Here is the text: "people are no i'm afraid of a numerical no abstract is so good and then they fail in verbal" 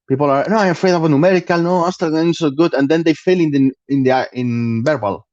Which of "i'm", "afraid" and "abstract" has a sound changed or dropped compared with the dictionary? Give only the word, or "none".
abstract